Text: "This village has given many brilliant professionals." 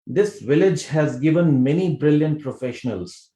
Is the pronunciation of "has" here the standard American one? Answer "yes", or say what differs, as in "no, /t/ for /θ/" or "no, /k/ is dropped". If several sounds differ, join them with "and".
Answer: yes